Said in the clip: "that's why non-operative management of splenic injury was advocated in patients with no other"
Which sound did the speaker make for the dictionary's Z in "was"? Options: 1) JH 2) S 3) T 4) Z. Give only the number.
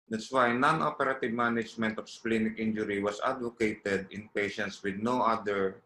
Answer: 2